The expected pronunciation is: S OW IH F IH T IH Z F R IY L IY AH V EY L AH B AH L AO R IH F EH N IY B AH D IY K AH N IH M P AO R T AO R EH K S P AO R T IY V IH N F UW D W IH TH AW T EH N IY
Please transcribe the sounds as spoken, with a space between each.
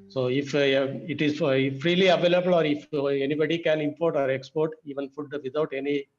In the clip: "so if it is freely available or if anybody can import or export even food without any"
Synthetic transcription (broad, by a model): S OW IH F IH T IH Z F R IY L IY AH V EY L AH B AH L AO R IH F EH N IY B AH D IY K AH N IH M P AO R T AO R EH K S P AO R T IY V IH N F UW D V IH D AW T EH N IY